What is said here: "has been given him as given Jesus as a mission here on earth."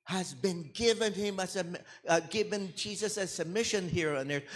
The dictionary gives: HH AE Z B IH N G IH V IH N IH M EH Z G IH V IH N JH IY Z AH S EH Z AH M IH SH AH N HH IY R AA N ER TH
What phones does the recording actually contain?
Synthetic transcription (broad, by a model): HH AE Z B IH N G IH V IH N IH M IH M G IH V IH N JH IY Z AH S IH S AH M IH SH AH N HH IY R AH N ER